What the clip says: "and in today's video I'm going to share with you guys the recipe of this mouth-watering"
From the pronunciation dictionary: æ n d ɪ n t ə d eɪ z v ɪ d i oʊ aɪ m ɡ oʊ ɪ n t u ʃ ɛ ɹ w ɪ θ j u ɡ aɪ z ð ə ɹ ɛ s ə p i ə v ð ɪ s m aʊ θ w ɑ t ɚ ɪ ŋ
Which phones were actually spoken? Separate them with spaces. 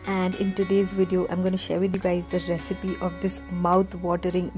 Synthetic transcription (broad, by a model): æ n d ɪ n t ə d eɪ z v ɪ d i oʊ aɪ m ɡ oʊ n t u ʃ ɛ ɹ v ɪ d j u ɡ aɪ z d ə ɹ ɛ s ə p i ə v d ɪ s m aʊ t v ɑ t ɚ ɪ ŋ